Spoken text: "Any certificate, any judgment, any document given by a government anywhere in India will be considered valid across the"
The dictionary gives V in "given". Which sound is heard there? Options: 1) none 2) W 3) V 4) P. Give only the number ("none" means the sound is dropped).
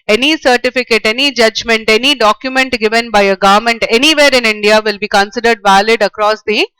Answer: 3